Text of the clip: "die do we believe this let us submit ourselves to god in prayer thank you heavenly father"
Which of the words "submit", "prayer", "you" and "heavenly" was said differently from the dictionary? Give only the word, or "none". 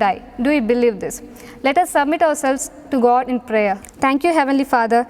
none